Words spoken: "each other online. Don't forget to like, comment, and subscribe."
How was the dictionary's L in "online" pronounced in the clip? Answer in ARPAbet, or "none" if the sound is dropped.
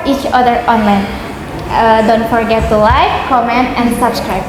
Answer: L